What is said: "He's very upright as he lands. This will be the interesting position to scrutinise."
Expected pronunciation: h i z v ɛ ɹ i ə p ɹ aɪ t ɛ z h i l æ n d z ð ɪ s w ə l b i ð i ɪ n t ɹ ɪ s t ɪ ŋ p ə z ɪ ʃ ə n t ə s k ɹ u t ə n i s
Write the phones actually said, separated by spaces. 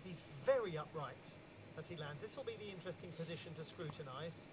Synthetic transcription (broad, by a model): h i z v ɛ ɹ i ə p ɹ aɪ t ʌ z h i l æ n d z ð ɪ s w ə l b i ð i ɪ n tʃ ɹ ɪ s t ɪ ŋ p ə z ɪ ʃ ə n t ə s k ɹ u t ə n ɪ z